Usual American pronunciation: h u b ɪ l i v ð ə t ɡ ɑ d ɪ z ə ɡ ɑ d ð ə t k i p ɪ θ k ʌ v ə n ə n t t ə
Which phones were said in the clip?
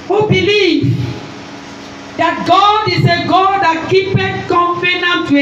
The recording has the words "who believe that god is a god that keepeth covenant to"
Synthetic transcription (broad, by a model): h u b ɪ l i v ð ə t ɡ ɑ d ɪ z ə ɡ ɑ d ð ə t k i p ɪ t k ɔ f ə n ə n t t